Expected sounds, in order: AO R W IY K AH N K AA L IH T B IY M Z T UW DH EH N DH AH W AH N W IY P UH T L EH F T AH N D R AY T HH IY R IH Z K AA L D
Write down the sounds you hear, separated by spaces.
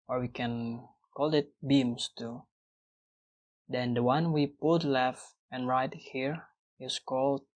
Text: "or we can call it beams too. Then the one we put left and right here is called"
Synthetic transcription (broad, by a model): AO R W IY K AH N K AA L IH T B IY M S T UW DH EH N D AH W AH N W IY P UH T L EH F AH N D R AY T HH IY R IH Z K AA L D